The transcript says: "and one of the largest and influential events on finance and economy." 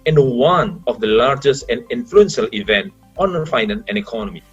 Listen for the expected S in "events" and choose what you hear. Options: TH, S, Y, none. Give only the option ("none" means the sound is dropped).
none